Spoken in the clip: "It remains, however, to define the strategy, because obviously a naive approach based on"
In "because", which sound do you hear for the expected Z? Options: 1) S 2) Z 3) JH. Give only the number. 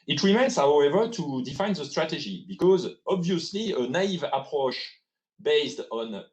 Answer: 2